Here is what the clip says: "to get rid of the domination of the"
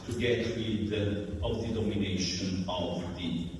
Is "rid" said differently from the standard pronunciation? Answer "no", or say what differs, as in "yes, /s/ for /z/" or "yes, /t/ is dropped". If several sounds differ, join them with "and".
yes, /w/ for /ɹ/